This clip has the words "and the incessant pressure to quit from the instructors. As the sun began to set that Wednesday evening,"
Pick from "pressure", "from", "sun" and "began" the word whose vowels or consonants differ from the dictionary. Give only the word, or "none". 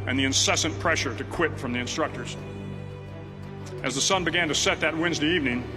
none